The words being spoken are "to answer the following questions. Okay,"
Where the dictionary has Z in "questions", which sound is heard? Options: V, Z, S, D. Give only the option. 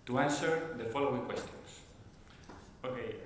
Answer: S